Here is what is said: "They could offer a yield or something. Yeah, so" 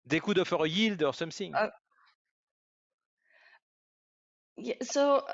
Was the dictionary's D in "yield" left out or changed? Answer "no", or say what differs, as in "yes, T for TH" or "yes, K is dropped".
no